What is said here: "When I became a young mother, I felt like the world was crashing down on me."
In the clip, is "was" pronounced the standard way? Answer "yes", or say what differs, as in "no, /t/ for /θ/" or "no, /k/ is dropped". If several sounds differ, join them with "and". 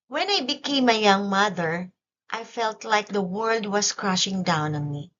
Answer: no, /s/ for /z/